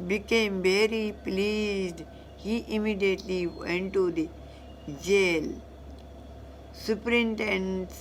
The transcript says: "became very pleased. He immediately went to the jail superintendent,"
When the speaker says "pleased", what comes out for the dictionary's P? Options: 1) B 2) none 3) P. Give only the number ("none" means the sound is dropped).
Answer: 3